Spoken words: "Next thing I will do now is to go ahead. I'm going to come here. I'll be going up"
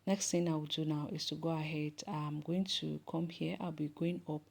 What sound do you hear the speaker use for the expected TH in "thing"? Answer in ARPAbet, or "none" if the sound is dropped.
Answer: T